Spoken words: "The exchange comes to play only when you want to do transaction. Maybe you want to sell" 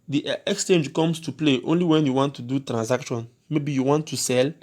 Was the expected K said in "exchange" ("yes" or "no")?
yes